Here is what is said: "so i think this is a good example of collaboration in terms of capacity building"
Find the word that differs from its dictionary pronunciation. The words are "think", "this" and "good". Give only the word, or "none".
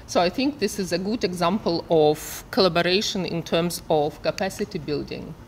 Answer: none